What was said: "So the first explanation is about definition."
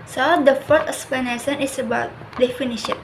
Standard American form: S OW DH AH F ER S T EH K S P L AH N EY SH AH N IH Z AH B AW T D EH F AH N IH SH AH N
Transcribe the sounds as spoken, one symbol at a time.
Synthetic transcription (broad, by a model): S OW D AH F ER T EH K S P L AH N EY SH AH N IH S AH B AW T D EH F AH N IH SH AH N